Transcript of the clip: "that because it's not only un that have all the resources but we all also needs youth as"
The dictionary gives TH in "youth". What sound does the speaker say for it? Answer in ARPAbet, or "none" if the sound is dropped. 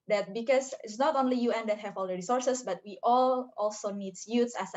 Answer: S